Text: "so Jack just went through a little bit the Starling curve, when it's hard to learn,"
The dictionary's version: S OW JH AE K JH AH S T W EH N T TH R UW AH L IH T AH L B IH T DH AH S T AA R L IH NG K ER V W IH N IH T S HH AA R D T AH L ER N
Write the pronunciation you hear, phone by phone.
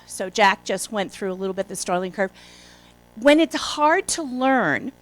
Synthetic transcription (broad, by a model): S OW JH AE K JH AH S T W EH N TH R UW AH L IH T L B IH T DH AH S T AA R L IH NG K ER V W IH N IH T S HH AA R D T AH L ER N